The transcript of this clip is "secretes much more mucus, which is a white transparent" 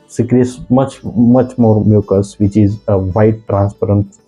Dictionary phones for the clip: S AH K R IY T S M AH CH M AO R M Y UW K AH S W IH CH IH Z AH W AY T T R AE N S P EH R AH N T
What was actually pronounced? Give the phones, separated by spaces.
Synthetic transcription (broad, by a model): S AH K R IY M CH M AH CH M AO R M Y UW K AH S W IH CH IH Z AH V AY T T R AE N S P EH R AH N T